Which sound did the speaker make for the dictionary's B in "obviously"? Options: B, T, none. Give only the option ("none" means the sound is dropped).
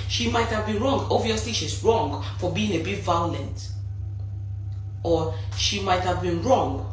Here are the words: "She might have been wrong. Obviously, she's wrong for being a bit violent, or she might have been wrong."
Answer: none